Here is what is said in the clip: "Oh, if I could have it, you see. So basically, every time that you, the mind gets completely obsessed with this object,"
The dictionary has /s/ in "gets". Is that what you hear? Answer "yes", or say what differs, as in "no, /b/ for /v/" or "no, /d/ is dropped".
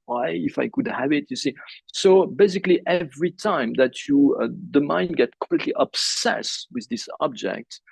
no, /s/ is dropped